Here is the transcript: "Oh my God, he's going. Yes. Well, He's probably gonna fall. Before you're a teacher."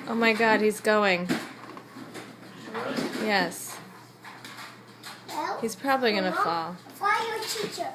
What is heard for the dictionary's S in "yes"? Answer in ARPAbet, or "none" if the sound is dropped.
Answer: S